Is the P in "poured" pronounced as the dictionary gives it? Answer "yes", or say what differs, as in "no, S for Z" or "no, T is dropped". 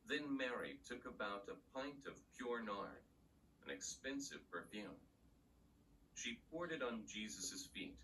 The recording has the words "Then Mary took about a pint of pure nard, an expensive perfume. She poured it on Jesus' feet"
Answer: yes